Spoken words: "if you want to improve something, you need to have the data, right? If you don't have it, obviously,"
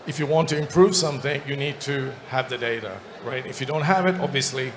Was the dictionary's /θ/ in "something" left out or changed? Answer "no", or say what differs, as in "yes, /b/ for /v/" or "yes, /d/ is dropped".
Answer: no